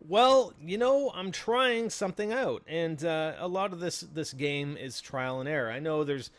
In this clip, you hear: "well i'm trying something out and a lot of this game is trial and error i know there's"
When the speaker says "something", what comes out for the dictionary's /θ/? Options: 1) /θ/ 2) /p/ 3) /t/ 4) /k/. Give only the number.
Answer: 1